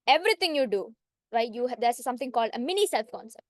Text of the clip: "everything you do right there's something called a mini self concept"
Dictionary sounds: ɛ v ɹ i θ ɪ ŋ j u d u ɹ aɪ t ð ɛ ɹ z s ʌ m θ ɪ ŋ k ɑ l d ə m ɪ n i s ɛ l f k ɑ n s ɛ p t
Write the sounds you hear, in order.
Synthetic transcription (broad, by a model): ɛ v ɹ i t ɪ ŋ j u d u ɹ aɪ t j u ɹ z s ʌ m t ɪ ŋ k ɑ l d ə m ɪ n i s ɛ l f k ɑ n s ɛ p t